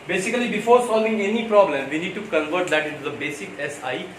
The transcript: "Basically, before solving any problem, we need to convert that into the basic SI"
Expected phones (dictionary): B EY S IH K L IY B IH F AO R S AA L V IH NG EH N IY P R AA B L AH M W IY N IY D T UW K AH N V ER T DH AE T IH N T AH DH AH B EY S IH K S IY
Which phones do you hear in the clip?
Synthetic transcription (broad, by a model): B EY S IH K L IY B IH F AO R S AA L V IH NG EH N IY P R AA B L AH M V IY N IY D T UW K AH N V ER T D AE T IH T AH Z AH B EY S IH K S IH